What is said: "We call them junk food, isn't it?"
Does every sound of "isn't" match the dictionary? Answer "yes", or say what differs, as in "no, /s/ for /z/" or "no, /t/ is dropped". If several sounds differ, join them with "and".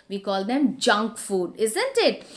yes